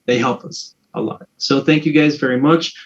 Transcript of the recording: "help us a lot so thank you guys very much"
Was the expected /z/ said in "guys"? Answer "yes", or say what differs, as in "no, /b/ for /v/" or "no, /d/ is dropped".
yes